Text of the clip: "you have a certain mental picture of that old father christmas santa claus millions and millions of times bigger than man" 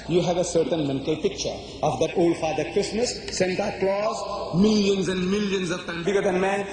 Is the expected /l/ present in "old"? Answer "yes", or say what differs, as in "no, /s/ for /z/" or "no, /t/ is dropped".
yes